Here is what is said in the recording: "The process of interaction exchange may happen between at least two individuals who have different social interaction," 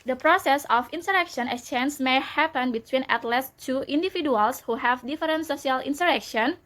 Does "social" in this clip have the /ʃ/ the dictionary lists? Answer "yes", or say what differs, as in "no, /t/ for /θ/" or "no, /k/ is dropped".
no, /s/ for /ʃ/